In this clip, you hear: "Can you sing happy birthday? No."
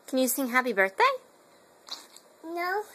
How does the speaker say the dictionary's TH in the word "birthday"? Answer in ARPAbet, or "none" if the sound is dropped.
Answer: TH